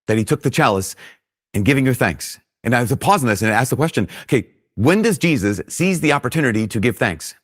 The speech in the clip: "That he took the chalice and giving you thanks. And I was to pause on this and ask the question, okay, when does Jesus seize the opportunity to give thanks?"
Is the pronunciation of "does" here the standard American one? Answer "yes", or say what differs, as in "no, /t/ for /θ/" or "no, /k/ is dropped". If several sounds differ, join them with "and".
yes